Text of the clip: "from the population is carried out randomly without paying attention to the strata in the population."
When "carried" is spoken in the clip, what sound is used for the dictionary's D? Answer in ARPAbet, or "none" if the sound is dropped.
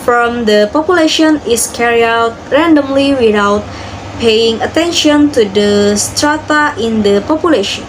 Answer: none